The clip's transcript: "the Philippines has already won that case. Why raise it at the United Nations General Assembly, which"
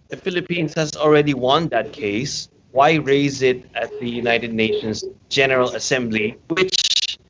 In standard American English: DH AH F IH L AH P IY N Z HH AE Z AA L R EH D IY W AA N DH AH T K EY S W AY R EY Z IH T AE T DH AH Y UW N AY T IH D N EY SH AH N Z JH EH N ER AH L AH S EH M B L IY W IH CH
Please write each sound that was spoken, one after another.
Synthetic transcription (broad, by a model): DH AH F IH L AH P IY N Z HH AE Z AA L R EH D IY W AA N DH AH T K EY S W AY R EY Z IH T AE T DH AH Y UW N AY T IH D N EY SH AH N Z JH EH N ER AH L AH S EH M B L IY W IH CH